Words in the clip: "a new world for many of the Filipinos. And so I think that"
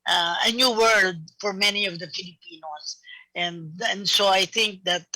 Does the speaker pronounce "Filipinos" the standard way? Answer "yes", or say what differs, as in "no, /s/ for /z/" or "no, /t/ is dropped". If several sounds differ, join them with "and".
no, /s/ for /z/